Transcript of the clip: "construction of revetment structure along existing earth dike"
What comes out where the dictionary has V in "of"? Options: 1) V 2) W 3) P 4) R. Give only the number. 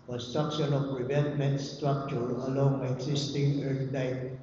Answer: 3